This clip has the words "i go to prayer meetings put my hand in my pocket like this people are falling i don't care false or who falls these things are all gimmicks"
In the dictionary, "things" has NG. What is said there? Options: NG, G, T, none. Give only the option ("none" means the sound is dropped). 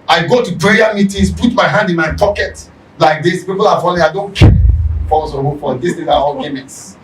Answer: none